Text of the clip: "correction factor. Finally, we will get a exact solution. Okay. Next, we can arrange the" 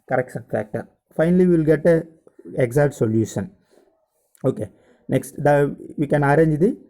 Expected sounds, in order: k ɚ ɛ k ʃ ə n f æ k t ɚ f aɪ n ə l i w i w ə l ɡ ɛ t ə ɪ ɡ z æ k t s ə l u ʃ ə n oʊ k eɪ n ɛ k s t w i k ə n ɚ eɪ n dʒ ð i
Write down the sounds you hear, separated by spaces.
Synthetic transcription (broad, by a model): k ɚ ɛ k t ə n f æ k t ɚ f aɪ n ə l i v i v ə l ɡ ɛ t ə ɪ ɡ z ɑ t s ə l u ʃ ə n oʊ k eɪ n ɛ k s t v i k ə n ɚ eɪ n dʒ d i